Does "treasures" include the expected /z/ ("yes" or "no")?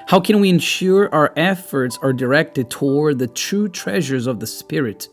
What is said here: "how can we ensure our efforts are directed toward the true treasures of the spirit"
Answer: yes